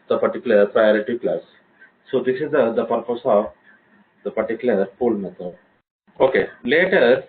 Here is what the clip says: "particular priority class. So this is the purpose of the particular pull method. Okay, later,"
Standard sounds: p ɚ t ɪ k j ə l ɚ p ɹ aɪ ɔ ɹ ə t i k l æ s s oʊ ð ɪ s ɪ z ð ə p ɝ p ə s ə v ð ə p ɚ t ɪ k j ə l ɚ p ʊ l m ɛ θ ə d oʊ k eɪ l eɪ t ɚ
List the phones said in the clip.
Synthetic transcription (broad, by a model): p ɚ t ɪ k j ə l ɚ p ɹ aɪ ɔ ɹ ə t i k l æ s s oʊ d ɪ s ɪ z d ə p ɝ p ə s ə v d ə p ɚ t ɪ k j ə l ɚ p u l m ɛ t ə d oʊ k eɪ l eɪ t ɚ